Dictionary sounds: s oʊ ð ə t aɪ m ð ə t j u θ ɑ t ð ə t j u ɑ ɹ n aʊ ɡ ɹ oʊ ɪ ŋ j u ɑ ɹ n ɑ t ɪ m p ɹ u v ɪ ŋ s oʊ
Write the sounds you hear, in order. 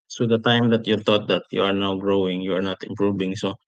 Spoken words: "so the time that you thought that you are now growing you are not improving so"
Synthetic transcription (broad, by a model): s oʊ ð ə t aɪ m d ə t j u t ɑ t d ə t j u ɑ ɹ n aʊ ɡ ɹ oʊ ɪ ŋ j u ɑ ɹ n ɑ t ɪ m p ɹ u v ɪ ŋ s oʊ